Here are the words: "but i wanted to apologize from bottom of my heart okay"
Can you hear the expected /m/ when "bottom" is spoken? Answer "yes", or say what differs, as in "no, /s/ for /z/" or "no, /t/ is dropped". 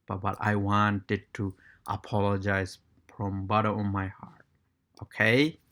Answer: no, /m/ is dropped